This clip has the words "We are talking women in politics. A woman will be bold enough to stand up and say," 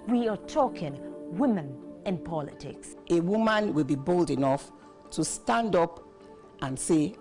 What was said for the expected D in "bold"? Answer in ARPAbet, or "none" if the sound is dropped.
D